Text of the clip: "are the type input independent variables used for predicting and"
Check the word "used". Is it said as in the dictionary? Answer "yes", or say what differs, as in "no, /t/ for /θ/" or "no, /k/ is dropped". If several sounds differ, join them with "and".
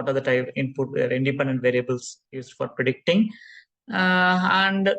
no, /s/ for /z/